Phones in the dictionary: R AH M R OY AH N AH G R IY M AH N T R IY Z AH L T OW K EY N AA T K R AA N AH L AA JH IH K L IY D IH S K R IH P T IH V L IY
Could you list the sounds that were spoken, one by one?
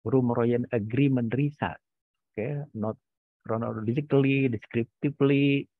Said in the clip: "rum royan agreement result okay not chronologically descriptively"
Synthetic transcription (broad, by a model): R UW M R OY AH N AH G R IY M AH N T R IY S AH T OW K EY N AA T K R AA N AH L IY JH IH K L IY D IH S K R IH P T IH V L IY